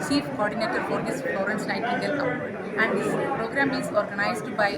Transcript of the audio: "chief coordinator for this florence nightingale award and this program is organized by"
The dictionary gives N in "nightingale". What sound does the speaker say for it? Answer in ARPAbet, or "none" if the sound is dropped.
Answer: L